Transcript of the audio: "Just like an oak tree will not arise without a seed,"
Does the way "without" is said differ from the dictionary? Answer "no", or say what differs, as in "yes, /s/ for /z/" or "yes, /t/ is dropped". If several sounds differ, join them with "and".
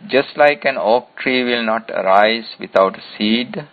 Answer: yes, /t/ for /θ/